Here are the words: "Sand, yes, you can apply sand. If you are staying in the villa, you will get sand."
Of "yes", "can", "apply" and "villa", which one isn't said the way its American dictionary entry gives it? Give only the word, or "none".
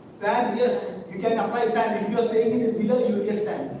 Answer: villa